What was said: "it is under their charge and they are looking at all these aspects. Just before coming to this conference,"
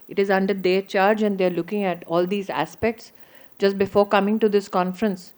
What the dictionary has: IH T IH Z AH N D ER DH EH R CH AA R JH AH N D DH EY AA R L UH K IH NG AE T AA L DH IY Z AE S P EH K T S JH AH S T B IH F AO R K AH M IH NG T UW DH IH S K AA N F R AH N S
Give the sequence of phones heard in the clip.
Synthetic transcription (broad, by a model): IH T IH Z AH N D ER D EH R CH AA R JH AH N D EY R L UH K IH NG AE T AA L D IY Z AE S P EH K T S JH AH S T B IH F AO R K AH M IH NG T UW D IH S K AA N F R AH N S